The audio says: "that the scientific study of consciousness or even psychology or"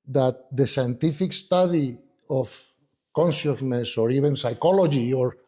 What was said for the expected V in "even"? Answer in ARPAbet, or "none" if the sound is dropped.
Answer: B